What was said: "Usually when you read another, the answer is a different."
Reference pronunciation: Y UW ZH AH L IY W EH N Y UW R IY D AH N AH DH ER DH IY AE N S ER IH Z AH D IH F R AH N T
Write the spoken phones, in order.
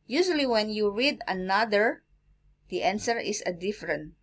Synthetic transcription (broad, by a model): Y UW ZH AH L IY W EH N Y UW R IY D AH N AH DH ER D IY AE N S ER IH S AH D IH F R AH N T